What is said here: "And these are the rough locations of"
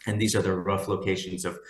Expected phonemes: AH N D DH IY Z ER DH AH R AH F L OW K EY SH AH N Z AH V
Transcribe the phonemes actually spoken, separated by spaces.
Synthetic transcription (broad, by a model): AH N DH IY Z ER DH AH R AH F L OW K EY SH AH N Z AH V